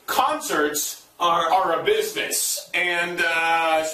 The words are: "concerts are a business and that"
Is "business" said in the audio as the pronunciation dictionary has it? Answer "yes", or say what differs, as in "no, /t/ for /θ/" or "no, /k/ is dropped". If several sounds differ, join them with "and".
yes